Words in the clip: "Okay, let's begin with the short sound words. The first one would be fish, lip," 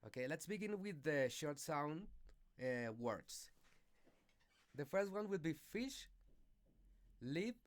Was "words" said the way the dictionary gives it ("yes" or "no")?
no